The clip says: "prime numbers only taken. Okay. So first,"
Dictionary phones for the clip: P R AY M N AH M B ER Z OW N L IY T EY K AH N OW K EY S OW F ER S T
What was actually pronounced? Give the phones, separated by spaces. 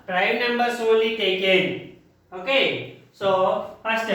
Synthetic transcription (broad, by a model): P R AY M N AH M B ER S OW L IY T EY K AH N OW K EY S OW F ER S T